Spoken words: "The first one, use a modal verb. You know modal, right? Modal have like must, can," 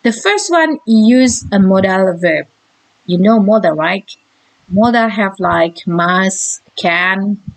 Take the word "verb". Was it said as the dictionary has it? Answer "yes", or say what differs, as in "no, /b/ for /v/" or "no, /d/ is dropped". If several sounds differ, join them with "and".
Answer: yes